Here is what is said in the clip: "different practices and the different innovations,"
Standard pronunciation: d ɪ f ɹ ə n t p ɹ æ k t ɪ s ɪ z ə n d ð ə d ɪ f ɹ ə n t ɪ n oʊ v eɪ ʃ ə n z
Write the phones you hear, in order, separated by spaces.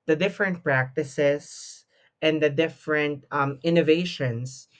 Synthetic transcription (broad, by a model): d ɪ f ɹ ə n t p ɹ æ k t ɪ s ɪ s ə n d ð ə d ɪ f ɹ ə n t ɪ n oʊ v eɪ ʃ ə n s